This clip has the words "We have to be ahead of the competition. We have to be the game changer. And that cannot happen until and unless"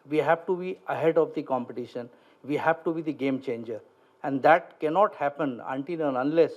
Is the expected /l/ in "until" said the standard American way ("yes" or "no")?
no